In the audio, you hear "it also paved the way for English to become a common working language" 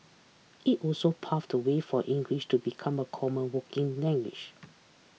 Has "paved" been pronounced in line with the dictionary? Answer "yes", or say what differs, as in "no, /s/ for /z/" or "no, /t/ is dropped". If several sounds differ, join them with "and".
no, /f/ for /v/